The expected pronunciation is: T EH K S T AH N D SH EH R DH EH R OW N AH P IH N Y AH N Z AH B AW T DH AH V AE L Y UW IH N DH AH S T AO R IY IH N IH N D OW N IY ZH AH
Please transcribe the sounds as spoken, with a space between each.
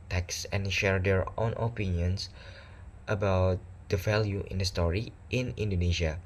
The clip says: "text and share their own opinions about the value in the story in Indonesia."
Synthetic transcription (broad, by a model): T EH K S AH N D SH EH R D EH R OW N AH P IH N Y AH N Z AH B AW T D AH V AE L Y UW IH N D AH S T AO R IY IH N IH N D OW N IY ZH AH